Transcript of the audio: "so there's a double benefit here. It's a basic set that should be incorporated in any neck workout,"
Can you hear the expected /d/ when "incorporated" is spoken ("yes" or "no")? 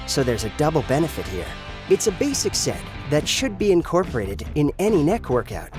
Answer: yes